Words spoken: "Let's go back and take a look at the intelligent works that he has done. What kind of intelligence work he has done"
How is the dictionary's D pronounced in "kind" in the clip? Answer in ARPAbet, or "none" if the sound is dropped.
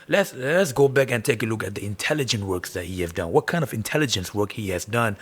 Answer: D